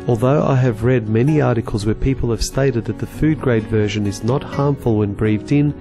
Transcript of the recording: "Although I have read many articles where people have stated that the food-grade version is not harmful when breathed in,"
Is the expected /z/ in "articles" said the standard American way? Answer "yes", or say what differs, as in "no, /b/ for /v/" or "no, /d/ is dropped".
yes